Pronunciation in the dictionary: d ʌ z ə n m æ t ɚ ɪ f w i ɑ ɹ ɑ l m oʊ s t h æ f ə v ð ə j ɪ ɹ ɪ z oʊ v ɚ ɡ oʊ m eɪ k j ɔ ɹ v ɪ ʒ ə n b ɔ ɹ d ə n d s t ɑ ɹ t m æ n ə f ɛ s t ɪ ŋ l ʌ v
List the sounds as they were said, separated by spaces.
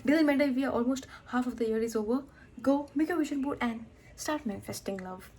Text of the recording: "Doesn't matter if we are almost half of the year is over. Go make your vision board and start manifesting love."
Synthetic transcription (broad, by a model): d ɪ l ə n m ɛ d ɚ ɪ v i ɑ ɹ ɑ l m oʊ s t h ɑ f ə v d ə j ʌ ɹ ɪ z oʊ v ɚ ɡ oʊ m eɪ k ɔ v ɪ ʃ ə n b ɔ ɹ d ə n d s t ɑ ɹ t m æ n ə f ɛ s t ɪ ŋ l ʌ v